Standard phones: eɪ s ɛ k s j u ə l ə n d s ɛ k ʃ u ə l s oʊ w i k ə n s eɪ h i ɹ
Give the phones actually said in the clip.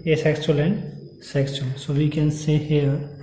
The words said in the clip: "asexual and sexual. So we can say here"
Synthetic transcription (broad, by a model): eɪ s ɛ k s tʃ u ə l ə n d s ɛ k s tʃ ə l s oʊ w i k ə n s eɪ h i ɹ